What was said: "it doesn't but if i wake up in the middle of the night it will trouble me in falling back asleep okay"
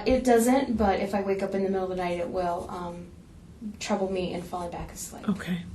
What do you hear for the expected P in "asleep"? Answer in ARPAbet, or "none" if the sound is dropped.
none